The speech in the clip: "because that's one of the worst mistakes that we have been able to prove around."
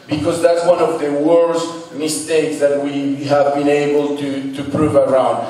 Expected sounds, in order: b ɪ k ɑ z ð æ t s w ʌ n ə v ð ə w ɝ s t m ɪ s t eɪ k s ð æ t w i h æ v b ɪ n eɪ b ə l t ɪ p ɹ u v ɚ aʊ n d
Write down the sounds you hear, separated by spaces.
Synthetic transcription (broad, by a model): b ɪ k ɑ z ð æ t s w ʌ n ə v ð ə w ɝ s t m ɪ s t eɪ k s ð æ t w i h æ v b ɪ n eɪ b ə l t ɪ p ɹ u v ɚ aʊ n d